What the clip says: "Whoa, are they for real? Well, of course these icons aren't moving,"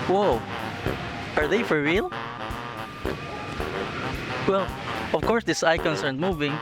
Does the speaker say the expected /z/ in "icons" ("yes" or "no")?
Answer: no